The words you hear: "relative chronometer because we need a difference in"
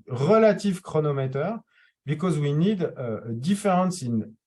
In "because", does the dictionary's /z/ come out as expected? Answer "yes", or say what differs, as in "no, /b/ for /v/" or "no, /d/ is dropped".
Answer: yes